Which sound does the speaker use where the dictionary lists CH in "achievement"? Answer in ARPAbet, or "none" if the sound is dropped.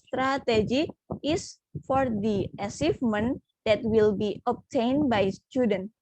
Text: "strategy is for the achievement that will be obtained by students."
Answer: S